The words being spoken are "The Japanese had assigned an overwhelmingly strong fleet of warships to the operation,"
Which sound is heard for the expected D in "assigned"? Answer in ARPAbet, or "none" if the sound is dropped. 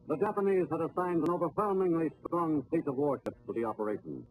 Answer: D